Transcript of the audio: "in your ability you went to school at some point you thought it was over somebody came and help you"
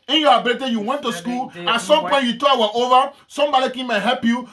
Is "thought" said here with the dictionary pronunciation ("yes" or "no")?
no